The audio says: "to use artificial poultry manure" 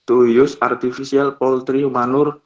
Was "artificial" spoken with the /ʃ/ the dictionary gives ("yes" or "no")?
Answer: no